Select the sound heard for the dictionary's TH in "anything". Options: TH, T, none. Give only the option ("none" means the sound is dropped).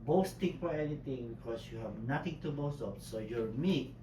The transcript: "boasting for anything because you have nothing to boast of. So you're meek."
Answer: T